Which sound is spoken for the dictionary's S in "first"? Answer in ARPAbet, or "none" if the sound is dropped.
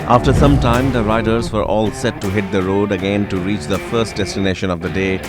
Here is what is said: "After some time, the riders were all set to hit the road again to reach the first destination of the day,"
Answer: S